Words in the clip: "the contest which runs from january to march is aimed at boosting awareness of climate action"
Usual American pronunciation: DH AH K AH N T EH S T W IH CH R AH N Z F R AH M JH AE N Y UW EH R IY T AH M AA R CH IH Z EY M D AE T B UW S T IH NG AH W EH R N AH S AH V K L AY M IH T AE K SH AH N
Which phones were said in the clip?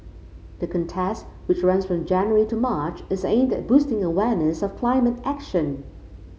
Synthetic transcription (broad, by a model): DH AH K AH N T EH S T W IH CH R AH N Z F R AH M JH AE N Y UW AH R IY T AH M AA R CH IH Z EY M D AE T B UW S T IH NG AH W EH R N AH S AH V K L AY M IH T AE K SH AH N